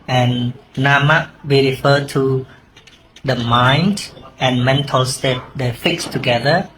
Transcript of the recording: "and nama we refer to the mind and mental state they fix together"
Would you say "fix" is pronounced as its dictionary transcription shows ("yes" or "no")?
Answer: yes